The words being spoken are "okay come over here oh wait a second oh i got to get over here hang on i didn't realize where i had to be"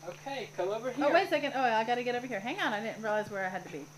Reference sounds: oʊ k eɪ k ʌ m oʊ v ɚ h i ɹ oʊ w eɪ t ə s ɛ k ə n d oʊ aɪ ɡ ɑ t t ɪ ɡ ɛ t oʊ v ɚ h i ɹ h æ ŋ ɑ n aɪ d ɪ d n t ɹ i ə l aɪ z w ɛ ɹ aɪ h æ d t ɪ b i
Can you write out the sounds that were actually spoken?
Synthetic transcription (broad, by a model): oʊ k eɪ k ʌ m oʊ v ɚ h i oʊ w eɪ ə s ɛ k ə n d oʊ aɪ ɡ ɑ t t ɪ ɡ ɛ t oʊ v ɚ h i ɹ h æ ŋ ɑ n aɪ d ɪ d n t ɹ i l aɪ z w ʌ ɹ aɪ h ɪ d t ɪ b i